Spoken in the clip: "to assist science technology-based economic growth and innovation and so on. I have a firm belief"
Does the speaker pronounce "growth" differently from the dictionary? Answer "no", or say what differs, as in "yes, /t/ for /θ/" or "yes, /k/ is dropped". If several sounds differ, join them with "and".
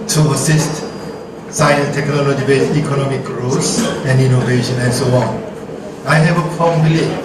yes, /s/ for /θ/